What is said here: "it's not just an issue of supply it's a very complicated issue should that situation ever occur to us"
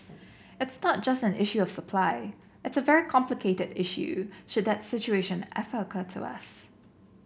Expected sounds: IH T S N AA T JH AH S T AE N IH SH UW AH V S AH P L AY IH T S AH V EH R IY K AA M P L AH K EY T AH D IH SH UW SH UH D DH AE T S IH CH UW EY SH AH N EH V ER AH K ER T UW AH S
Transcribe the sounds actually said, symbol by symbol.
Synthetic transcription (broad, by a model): IH T S N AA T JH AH S T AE N IH SH UW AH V S AH P L AY IH T S AH V EH R IY K AA M P L AH K EY T AH D IH SH UW SH UH D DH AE T S IH CH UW EY SH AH N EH F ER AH K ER T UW AH S